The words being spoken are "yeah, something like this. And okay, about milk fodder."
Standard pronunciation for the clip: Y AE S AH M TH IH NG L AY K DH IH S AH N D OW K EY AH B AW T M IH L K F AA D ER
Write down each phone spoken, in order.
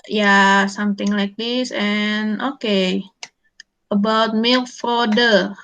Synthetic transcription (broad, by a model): Y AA S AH M T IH NG L AY K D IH S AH N OW K EY AH B AW T M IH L F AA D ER